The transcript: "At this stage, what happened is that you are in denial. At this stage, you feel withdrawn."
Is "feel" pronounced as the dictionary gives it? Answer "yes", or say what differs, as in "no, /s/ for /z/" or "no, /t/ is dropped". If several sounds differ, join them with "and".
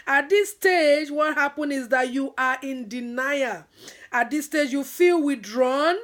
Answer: yes